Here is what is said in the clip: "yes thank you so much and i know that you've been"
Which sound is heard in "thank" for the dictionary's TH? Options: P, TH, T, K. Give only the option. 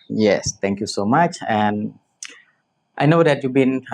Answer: T